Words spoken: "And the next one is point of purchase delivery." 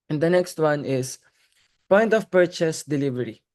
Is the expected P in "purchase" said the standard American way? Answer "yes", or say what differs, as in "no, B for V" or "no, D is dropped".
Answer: yes